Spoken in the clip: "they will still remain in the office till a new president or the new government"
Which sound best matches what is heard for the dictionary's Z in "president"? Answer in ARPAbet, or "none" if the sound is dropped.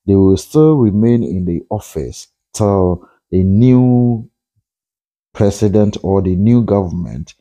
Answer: S